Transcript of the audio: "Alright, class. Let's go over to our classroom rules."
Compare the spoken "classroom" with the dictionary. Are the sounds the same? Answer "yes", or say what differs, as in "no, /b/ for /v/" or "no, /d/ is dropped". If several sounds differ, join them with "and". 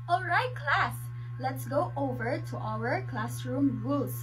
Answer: yes